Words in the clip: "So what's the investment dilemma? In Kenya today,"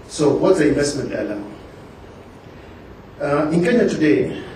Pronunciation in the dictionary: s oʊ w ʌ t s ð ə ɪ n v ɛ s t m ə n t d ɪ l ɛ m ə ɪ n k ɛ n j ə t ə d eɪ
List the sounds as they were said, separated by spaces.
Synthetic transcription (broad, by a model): s oʊ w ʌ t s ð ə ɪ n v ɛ s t m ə n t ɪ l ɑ ə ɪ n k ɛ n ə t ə d eɪ